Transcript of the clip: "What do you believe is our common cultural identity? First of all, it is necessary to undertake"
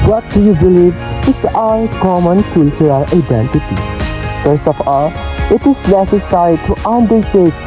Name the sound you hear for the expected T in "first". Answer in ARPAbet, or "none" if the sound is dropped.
none